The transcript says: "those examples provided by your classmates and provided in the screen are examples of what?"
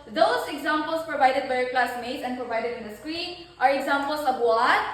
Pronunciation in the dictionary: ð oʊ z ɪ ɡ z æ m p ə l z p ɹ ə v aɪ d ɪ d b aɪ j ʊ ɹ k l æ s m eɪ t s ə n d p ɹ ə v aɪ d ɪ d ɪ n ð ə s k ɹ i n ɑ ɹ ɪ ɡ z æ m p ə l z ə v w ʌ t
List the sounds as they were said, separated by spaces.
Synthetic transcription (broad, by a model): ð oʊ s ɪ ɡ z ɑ m p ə l s p ɹ ə v aɪ d ɪ d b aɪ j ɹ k l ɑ s m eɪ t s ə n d p ɹ ə v aɪ d ɪ d ɪ n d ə s k ɹ i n ɑ ɹ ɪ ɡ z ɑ m p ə l s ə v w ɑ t